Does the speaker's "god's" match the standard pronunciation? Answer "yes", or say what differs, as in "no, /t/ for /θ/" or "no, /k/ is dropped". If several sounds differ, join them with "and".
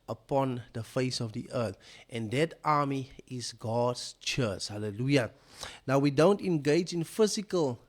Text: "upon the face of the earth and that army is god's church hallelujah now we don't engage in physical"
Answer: no, /s/ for /z/